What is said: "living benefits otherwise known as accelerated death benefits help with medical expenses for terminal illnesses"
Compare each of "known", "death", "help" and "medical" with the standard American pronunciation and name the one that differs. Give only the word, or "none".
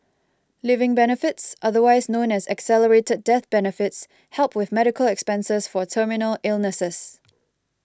none